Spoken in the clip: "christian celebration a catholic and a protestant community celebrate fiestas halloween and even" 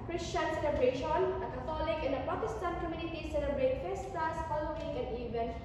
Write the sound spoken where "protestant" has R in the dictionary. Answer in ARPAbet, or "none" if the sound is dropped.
none